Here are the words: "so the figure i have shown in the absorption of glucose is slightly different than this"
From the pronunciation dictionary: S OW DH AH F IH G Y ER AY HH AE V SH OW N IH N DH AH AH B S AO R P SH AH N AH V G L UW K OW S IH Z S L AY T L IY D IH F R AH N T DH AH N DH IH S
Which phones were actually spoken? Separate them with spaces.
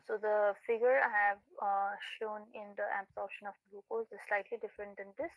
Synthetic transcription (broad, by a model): S OW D AH F IH G Y ER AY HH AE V SH OW N IH N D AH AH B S AO R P SH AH N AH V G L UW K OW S IH Z S L AY T L IY D IH F R AH N T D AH N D IH S